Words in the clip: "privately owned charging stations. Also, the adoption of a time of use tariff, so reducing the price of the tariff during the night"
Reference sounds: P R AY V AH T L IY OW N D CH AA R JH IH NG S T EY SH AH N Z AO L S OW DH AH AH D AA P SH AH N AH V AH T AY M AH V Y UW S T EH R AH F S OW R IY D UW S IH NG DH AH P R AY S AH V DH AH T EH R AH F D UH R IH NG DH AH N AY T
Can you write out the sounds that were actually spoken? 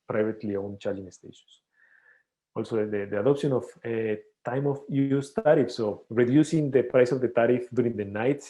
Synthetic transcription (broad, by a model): P R AY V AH T L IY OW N CH AA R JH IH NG S T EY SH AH N S AO L S OW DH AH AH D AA P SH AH N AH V AH T AY M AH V Y UW S T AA R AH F S OW R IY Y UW S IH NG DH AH P R AY S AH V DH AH T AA R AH F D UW R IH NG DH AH N AY T